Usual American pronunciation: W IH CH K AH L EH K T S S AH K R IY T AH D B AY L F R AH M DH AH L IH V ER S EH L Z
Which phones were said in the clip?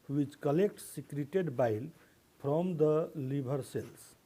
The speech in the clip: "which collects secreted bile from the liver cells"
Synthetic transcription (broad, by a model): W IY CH K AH L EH K T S S AH K R IY T AH D B AY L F R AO M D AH L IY B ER S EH L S